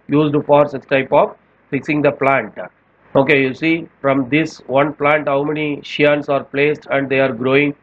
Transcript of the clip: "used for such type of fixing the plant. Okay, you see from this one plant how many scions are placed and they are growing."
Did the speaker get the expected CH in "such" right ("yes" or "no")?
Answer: no